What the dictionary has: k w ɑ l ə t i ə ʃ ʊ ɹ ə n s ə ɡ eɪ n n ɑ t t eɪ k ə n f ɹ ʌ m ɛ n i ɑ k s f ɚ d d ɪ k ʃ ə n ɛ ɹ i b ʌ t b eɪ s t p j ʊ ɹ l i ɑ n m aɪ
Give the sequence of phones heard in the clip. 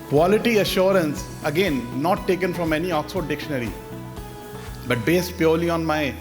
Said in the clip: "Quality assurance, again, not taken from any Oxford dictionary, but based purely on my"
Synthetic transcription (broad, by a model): k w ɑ l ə t i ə ʃ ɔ ɹ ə n s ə ɡ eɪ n n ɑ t t eɪ k ə n f ɹ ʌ m ɛ n i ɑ k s ɔ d d ɪ k ʃ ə n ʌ ɹ i b ʌ t b eɪ s t p j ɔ ɹ l i ɑ n m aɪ